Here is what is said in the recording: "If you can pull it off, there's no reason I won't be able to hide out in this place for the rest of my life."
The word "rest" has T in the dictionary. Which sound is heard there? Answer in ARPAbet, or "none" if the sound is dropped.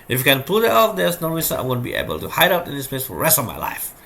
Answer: T